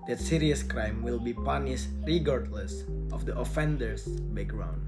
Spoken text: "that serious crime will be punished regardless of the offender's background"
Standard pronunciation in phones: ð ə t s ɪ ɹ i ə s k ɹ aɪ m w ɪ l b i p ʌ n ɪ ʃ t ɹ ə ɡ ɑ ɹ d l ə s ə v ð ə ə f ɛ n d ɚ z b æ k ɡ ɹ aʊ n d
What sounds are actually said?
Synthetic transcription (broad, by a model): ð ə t s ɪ ɹ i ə s k ɹ aɪ m w ɪ l b i p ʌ n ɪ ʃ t ɹ ə ɡ ɑ ɹ d l ə s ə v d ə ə f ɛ n d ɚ s b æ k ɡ ɹ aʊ n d